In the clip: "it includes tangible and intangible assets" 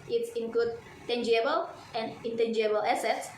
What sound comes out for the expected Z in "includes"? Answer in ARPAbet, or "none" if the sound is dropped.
none